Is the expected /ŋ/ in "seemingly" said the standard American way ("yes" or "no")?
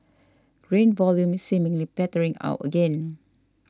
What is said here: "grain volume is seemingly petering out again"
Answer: yes